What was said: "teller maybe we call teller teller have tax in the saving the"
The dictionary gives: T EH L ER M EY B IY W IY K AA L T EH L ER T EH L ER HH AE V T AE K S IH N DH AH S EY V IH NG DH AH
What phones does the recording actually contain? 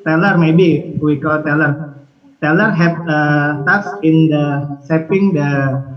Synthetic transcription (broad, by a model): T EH L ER M EY B IY W IY K AA L T EH L ER T EH L ER HH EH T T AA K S IH N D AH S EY P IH NG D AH